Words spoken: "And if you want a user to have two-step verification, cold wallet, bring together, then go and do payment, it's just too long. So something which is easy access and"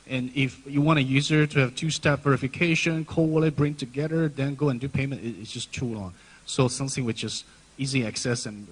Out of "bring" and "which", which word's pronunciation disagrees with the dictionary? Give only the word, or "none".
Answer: which